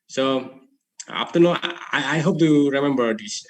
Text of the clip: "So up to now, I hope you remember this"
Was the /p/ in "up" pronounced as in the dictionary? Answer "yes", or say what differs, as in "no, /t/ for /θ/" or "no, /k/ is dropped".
no, /f/ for /p/